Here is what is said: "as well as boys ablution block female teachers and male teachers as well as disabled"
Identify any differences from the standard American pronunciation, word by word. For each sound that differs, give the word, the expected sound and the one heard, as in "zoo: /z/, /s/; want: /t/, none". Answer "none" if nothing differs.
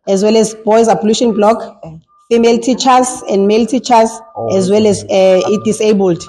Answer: none